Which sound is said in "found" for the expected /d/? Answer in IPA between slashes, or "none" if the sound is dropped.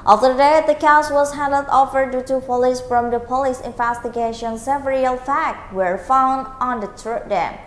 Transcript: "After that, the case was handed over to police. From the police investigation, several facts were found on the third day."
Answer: /d/